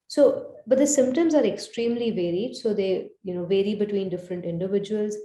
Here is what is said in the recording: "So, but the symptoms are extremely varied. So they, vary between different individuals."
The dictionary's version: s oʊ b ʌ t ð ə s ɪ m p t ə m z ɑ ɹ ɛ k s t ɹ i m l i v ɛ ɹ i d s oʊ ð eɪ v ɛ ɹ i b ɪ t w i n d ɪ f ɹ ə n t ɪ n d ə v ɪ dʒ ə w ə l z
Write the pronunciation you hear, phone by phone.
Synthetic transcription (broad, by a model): s oʊ b ʌ t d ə s ɪ m p t ə m z ɑ ɹ ɛ k s t ɹ i m l i v ɛ ɹ i d s oʊ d eɪ v ɛ ɹ i b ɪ t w i n d ɪ f ɹ ə n t ɪ n d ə v ɪ dʒ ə ə l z